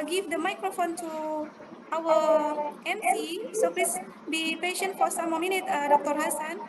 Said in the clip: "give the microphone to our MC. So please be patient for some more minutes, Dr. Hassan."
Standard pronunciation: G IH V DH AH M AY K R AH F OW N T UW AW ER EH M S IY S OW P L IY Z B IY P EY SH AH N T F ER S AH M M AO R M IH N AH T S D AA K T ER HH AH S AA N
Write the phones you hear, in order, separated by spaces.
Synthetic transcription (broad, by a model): G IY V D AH M AY K R AH F OW N T UW AW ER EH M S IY S OW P L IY S B IY P EY SH AH N T F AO S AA M M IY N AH T D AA K T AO HH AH S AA N